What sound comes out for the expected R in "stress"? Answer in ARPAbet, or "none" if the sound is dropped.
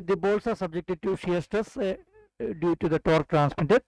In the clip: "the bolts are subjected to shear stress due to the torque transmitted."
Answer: none